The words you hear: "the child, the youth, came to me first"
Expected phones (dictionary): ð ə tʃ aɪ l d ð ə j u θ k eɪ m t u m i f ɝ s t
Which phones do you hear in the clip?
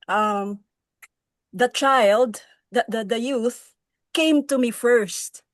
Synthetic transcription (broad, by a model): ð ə tʃ aɪ l d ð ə j u θ k eɪ m t u m i f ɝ s t